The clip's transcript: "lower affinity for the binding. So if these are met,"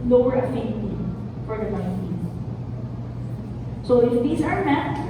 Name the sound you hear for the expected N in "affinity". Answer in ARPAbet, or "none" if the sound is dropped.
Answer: none